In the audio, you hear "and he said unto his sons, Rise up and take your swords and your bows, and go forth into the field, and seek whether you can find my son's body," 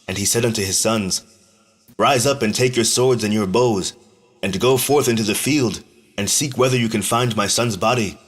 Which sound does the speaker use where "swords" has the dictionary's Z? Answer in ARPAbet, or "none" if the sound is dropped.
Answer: Z